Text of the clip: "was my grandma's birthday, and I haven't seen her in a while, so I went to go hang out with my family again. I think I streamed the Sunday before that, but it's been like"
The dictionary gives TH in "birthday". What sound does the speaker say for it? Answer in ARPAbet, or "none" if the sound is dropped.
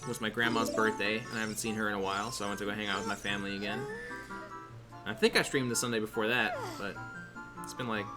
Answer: TH